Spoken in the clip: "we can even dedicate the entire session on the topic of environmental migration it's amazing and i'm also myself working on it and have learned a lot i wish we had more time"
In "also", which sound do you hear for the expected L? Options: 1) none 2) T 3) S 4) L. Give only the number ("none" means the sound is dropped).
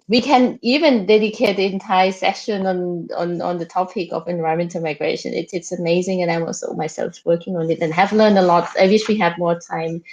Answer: 1